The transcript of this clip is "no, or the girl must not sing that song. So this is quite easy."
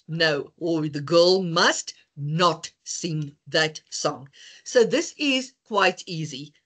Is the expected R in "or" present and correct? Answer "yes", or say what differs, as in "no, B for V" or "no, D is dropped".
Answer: no, L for R